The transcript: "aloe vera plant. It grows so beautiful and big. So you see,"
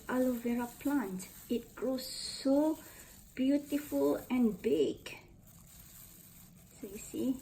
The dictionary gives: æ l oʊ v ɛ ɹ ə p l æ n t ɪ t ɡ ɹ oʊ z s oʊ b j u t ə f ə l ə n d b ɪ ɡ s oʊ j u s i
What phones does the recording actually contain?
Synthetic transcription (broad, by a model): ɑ l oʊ v ɛ ɹ ə p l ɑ n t ɪ t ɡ ɹ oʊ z s oʊ b j u t ə f ə l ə n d b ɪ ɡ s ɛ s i